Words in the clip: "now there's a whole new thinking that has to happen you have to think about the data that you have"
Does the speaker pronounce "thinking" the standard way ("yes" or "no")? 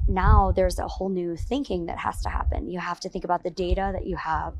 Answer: yes